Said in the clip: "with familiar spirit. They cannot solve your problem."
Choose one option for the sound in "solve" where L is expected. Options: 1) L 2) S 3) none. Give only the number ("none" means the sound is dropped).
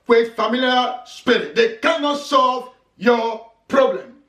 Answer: 1